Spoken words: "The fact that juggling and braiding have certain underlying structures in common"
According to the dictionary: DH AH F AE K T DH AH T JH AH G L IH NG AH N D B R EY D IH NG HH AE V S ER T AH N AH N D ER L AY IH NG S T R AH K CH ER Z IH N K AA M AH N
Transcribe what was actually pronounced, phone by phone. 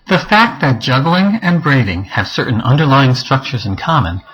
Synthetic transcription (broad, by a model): DH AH F AE K T DH AH T JH AH G L IH NG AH N B R EY D IH NG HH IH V S ER T N AH N D ER L AY IH NG S T R AH K CH ER Z IH N K AA M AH N